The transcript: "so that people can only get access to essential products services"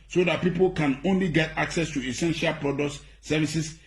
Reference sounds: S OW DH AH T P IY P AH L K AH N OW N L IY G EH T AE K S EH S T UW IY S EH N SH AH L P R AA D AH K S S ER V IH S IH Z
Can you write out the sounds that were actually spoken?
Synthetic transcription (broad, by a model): S OW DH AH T P IY P AH L K AH N OW N L IY G EH T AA K S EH S T UW IY S EH N SH AH L P R AA D AH K S S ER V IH S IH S